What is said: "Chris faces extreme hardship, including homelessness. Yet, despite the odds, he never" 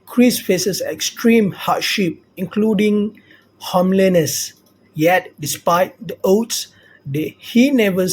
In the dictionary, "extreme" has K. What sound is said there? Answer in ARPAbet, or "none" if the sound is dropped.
K